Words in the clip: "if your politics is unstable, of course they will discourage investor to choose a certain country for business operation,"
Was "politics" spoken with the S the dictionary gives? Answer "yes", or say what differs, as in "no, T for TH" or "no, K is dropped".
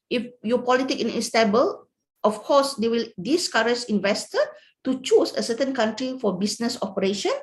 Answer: no, S is dropped